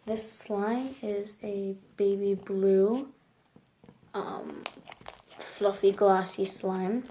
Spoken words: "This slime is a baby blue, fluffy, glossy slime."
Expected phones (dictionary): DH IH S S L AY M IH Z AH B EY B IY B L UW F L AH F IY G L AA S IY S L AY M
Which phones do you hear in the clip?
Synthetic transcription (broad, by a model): DH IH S S L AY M IH Z AH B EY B IY B L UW F L AH F IY G L AA S IY S L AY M